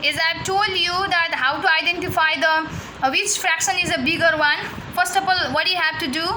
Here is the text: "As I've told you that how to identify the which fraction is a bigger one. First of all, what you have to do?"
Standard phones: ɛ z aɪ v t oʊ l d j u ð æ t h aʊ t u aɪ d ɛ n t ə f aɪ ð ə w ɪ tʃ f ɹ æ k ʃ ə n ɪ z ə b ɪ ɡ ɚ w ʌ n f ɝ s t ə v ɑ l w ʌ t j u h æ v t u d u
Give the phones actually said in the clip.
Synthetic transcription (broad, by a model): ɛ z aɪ t oʊ l d j u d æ t h aʊ t u aɪ d ɛ n t ə f aɪ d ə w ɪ tʃ f ɹ æ k ʃ ə n ɪ z ə b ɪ ɡ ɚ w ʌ n f ɝ s t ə f ɑ l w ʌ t j u h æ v t u d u